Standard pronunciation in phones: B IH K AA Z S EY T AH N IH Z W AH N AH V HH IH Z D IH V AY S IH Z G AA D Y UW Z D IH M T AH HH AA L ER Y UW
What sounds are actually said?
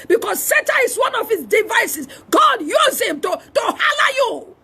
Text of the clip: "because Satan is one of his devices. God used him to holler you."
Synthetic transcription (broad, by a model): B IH K AA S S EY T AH IH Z W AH N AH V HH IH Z D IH V AY S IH S G AA D Y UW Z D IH M T AH HH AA L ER Y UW